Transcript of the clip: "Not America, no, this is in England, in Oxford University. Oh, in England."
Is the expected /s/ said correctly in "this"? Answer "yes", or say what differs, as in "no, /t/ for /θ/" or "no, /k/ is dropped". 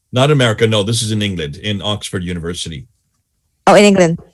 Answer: yes